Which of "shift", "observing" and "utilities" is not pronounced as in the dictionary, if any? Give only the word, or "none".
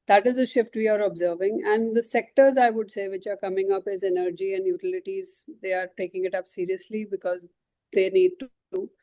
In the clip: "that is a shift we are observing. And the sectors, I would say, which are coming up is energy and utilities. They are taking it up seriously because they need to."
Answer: none